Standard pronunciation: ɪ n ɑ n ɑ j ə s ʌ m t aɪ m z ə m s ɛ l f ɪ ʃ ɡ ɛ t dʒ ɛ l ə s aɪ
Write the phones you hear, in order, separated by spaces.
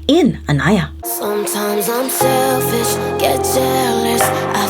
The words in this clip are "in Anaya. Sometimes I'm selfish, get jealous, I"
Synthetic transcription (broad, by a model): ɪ n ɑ n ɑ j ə s ʌ m t aɪ m z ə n s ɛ f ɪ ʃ ɡ ɛ t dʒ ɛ l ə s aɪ